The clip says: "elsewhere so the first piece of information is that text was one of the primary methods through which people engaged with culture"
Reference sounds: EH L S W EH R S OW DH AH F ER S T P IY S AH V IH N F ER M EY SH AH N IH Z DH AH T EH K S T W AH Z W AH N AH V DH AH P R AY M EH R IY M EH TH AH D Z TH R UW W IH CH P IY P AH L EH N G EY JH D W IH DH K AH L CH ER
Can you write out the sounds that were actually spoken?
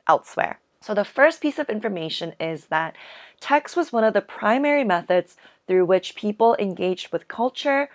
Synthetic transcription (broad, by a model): EH L S W EH R S OW DH AH F ER S P IY S AH V IH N F ER M EY SH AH N IH Z DH AH T EH K S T W AH Z W AH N AH V DH AH P R AY M EH R IY M EH TH AH D Z TH R UW W IH CH P IY P L EH N G EY JH D W IH DH K AH L CH ER